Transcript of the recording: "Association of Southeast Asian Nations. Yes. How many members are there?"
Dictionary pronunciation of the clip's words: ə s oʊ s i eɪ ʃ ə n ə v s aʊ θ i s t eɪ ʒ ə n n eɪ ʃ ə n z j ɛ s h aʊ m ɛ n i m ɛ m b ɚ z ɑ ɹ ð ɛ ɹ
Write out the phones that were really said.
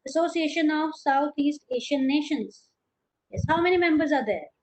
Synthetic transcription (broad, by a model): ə s oʊ s i eɪ ʃ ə n ə v s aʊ t i s t eɪ ʃ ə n n eɪ ʃ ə n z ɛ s h aʊ m ɛ n i m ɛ m b ɚ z ɑ ɹ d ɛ ɹ